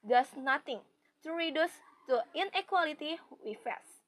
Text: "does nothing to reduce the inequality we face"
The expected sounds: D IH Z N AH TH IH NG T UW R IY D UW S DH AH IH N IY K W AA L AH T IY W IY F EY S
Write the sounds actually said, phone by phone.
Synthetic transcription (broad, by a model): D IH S N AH T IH NG T UW R IY D UW S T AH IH N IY K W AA L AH T IY W IY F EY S